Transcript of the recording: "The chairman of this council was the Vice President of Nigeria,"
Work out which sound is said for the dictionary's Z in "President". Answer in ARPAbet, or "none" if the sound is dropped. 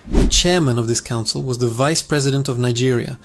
Z